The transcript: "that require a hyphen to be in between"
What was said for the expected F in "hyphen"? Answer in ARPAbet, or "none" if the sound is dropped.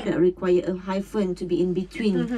F